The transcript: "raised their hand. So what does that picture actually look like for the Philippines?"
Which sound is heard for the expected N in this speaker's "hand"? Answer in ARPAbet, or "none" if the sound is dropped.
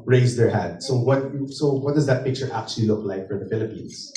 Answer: none